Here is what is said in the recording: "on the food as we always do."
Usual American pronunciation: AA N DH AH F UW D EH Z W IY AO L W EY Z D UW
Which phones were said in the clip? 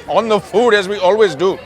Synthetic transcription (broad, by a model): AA N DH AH F UW D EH Z W IY AO L W EY Z D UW